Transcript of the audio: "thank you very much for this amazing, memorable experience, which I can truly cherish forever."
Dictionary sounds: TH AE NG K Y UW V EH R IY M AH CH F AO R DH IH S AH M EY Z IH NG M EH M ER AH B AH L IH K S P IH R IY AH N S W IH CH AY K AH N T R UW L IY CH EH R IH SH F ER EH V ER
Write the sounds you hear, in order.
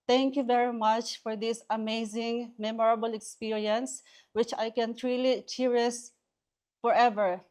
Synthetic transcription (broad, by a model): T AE NG K Y UW V EH R IY M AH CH F AO R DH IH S AH M EY Z IH NG M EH M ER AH B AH L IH K S P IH R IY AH N S W IH CH AY K AH N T R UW L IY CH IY R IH S F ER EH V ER